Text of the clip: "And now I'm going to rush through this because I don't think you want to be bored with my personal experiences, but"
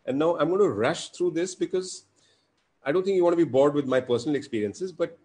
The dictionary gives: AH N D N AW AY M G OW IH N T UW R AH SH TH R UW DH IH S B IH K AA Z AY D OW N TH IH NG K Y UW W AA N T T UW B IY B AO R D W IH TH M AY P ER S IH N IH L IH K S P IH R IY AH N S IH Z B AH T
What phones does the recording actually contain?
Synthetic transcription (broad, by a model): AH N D N AW AY M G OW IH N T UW R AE SH T R UW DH IH S B IH K AA Z AY D OW N T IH NG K Y UW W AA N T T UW B IY B AO R D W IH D M AY P ER S IH N IH L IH K S P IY R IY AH N S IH Z B AH T